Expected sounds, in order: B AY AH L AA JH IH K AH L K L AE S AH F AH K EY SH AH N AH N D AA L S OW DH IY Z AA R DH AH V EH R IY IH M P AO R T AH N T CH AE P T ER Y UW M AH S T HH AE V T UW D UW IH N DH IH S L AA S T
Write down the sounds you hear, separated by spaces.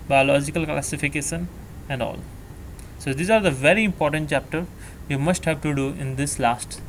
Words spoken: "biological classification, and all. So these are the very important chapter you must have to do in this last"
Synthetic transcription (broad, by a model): B AY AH L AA JH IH K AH L K L AE S AH F AH K EY SH AH N AH N D AA L S OW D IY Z AA R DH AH V EH R IY IH M P AO R T AH N T CH AE P T ER Y UW M AH S T HH AE V T UW D UW IH N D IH S L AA S T